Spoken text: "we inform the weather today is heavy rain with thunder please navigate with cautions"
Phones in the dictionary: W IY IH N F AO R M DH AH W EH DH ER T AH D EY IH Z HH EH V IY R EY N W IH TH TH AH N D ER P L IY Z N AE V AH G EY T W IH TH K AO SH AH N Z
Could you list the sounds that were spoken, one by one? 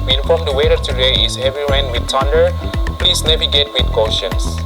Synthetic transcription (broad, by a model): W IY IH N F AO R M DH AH W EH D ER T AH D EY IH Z HH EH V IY W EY N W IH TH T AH N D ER P L IY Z N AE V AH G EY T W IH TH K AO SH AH N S